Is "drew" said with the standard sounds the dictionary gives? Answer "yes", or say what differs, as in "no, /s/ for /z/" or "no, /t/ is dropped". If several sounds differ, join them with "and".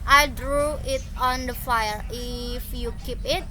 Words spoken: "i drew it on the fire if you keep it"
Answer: yes